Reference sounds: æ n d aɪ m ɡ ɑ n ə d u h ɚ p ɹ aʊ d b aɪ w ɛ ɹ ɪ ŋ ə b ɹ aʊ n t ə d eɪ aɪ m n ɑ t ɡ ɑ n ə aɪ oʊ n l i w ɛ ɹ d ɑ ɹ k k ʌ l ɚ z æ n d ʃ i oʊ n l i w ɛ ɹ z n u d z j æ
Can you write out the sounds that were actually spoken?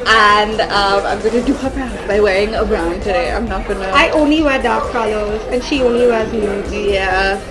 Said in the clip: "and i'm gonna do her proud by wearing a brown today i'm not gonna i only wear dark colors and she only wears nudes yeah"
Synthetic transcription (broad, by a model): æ n d aɪ m ɡ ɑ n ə d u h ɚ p aʊ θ b aɪ w ɛ ɹ ɪ ŋ ə b ɹ aʊ n t ə d eɪ aɪ m n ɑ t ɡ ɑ n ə aɪ oʊ n l i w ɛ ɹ d ɑ ɹ k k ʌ l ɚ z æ n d ʃ i oʊ n l i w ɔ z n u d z j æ